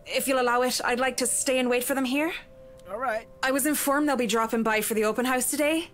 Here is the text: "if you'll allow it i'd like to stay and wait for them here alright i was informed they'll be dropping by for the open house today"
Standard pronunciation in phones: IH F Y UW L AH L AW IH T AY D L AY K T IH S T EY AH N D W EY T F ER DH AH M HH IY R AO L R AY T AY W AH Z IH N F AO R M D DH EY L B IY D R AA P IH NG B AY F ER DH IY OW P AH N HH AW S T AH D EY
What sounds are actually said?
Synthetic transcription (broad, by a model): IH F Y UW L AH L AW IH T AY D L AY K T IH S T EY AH N W EY T F ER DH AH M HH IY R AO L R AY T AY W AH Z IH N F AO R M DH EY L B IY D R AA P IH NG B AY F ER DH IY OW P AH N HH AW S T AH D EY